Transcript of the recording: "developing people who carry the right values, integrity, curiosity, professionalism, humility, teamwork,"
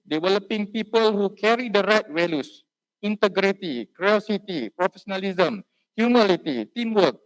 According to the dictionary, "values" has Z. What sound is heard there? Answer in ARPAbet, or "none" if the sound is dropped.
S